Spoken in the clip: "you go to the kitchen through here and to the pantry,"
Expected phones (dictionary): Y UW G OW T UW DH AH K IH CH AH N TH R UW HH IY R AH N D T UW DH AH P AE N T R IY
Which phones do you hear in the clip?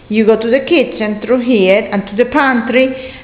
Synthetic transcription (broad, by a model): Y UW G OW T UW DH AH K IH S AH N T R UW HH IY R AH N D T UW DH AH P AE N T R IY